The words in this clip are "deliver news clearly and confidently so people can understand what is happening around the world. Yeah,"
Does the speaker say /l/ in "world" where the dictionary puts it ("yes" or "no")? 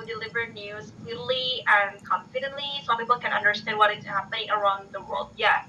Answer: yes